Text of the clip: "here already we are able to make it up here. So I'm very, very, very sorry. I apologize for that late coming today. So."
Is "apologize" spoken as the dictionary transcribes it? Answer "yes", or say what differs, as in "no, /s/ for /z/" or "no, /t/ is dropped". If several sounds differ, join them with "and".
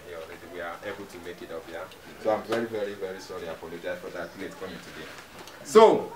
no, /n/ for /l/ and /z/ is dropped